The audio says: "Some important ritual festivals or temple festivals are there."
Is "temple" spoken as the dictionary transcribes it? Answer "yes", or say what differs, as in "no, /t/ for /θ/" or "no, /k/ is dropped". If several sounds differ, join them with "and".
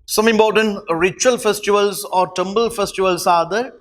no, /b/ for /p/